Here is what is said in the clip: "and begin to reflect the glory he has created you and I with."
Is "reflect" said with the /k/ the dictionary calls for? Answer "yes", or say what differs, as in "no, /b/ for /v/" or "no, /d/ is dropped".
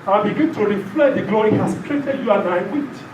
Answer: no, /k/ is dropped